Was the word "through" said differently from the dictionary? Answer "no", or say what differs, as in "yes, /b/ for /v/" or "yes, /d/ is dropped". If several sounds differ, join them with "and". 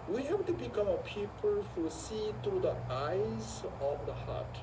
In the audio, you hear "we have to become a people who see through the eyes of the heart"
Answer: yes, /t/ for /θ/